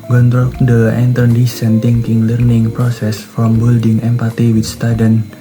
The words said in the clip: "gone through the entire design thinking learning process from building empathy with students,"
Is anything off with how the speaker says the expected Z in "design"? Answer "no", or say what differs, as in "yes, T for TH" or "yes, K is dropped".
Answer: yes, S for Z